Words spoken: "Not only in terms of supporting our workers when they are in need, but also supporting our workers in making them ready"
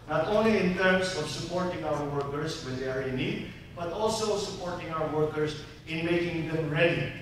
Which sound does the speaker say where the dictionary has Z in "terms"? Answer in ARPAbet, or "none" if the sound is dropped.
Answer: S